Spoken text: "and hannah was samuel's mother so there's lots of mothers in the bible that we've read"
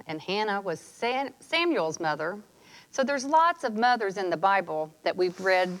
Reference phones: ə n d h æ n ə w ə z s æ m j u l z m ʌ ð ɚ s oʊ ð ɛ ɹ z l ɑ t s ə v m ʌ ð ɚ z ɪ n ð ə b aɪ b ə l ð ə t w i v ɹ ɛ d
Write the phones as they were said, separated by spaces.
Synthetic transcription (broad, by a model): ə n h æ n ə w ə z s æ m j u l z m ʌ ð ɚ s oʊ ð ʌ ɹ z l ɑ t s ə v m ʌ ð ɚ z ɪ n ð ə b aɪ b l ð ə t w i v ɹ ɛ d